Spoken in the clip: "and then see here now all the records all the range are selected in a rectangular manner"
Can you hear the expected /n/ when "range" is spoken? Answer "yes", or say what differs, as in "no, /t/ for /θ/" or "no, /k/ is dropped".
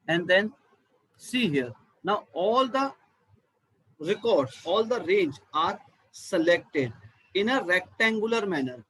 yes